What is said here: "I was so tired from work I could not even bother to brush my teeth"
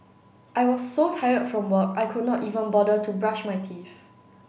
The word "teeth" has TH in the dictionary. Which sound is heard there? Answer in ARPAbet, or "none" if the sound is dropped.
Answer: F